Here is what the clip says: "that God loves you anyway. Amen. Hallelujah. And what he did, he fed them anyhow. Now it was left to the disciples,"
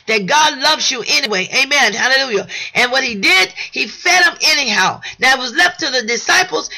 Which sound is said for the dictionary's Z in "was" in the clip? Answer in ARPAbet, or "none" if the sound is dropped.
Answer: Z